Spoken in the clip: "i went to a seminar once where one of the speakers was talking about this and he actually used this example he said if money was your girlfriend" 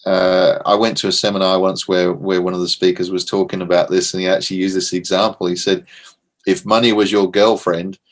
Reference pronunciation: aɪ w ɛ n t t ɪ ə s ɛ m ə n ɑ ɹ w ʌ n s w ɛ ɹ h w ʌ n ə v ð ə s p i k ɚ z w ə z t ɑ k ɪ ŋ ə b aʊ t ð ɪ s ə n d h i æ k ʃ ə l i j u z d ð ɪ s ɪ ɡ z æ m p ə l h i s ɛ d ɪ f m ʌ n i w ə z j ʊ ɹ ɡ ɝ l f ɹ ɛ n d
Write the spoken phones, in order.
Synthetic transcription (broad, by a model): aɪ w ɛ n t t ɪ ə s ɛ m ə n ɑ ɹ w ʌ n s w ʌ ɹ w w ʌ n ə v ð ə s p i k ɚ z w ə z t ɑ k ɪ ŋ ə b aʊ t ð ɪ s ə n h i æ k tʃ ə l i j u z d ð ɪ s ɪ ɡ z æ m p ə l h i s ɛ d ɪ f m ʌ n i w ə z j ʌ ɹ ɡ ɝ l f ɹ ɛ n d